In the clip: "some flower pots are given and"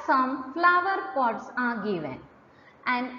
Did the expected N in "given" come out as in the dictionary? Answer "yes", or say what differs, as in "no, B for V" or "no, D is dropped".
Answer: no, N is dropped